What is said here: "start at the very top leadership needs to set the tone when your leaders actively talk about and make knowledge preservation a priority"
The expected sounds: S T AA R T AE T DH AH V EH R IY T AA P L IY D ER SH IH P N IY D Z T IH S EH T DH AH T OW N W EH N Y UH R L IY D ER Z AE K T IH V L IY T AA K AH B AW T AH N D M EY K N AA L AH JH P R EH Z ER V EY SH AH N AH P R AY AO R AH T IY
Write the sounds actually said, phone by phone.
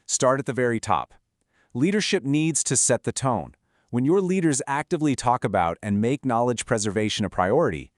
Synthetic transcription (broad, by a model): S T AA R T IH T DH AH V EH R IY T AA P L IY D ER SH IH P N IY D Z T IH S EH T DH AH T OW N W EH N Y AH R L IY D ER Z AE K T IH V L IY T AA K AH B AW T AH N M EY K N AA L AH JH P R EH Z ER V EY SH AH N AH P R AY AO R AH T IY